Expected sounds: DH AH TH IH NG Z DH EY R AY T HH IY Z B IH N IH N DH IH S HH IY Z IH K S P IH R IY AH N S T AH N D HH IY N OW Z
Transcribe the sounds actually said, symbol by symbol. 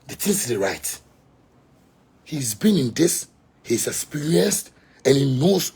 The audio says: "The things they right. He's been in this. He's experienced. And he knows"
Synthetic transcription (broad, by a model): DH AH T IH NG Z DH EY R AY T HH IY Z B IH N IH N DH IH S HH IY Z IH K S P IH R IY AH N S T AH N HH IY N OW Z